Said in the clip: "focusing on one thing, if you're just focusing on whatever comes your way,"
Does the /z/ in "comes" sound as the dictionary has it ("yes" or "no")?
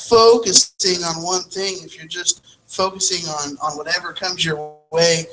yes